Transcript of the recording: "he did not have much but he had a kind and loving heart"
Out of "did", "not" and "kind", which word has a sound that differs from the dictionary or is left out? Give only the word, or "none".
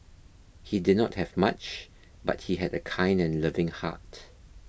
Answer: none